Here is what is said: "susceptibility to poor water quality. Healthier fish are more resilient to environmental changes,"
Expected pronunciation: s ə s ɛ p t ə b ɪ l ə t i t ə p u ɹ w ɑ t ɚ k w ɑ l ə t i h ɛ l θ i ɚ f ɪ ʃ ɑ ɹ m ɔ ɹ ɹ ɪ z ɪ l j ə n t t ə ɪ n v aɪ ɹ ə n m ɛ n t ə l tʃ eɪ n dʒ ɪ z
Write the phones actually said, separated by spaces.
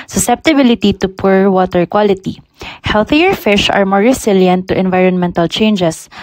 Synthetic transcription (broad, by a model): s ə s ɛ p t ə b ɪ l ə t i t ə p u ɹ w ɑ t ɚ k w ɑ l ə t i h ɛ l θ i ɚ f ɪ ʃ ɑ ɹ m ɔ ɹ ɹ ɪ s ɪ l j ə n t t ə n v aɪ ɹ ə n m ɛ n t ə l tʃ eɪ n dʒ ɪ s